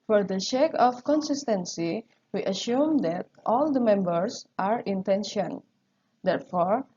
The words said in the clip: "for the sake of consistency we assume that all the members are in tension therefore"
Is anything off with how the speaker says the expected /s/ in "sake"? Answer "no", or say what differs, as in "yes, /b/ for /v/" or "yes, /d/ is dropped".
yes, /ʃ/ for /s/